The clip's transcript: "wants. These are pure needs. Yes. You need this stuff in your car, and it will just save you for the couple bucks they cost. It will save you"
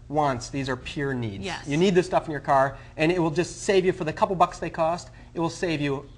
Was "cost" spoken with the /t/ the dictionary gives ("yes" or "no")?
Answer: yes